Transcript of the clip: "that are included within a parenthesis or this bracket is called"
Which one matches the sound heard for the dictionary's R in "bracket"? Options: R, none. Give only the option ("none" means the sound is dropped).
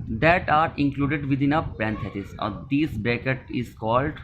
none